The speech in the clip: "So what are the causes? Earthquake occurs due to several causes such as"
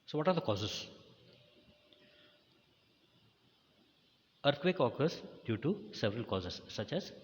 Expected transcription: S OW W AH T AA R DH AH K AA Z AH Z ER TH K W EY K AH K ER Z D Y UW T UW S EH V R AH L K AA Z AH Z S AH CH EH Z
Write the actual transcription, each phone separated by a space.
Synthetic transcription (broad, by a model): S OW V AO T AA R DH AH K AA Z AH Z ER T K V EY K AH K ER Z D Y UW T UW S EH V R AH L K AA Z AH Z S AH CH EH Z